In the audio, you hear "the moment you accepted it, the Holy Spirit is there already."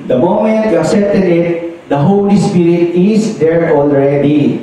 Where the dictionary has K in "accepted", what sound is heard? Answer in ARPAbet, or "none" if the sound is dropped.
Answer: none